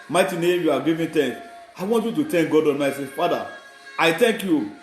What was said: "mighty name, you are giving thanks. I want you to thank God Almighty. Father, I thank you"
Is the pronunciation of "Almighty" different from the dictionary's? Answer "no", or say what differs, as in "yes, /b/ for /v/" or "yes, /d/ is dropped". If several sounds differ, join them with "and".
yes, /n/ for /l/ and /s/ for /t/